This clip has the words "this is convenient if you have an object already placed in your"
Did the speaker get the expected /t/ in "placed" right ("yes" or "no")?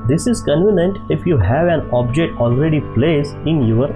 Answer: no